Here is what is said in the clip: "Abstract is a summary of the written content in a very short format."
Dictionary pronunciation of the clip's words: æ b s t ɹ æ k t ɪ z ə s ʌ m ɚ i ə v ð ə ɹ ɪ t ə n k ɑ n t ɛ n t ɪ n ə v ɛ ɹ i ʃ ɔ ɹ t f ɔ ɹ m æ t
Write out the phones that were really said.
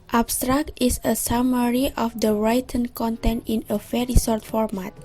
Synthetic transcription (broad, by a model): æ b s t ɹ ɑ k t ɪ s ə s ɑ m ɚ i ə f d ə ɹ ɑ t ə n k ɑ n t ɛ n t ɪ n ə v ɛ ɹ i s ɔ ɹ t f ɔ ɹ m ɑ t